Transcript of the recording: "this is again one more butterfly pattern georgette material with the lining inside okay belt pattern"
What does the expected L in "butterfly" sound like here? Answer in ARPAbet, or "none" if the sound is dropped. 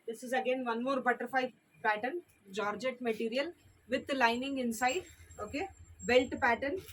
none